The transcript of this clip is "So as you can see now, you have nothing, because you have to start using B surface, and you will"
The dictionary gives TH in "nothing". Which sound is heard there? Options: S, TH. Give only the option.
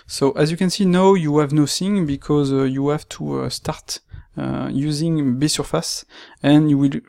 S